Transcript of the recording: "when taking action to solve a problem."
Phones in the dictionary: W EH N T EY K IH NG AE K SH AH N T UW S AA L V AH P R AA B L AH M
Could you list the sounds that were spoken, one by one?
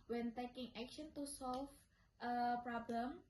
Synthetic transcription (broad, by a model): W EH N T EY K IH NG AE K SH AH N T UW S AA L F AH P R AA B L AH M